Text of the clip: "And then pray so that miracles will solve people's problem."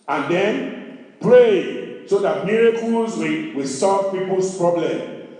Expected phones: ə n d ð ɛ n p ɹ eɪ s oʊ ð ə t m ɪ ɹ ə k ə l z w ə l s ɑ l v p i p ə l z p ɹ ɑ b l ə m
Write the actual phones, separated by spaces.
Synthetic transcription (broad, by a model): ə n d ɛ n p ɹ eɪ s oʊ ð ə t m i ɹ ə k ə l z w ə w s ɑ l v p i p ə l s p ɹ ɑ b l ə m